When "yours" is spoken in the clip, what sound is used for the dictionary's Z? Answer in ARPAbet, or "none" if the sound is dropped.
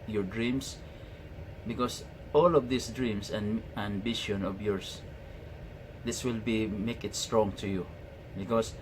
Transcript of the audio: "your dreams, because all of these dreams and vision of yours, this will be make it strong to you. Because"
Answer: S